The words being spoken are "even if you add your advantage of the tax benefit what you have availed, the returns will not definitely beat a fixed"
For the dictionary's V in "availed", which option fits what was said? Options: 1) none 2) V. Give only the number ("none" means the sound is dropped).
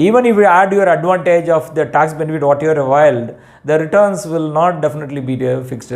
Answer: 1